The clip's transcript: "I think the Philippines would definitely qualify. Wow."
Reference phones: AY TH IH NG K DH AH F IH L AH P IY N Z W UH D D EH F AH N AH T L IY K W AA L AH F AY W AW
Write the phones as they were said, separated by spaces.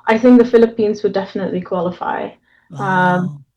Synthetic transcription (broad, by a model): AY TH IH NG K DH AH F IH L AH P IY N Z W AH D D EH F AH N AH T L IY K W AA L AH F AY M